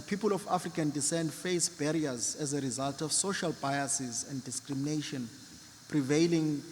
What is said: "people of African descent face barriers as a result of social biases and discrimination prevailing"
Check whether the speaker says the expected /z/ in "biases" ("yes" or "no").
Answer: yes